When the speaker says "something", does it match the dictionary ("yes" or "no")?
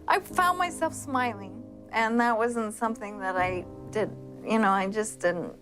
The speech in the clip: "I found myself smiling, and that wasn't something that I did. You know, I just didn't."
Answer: yes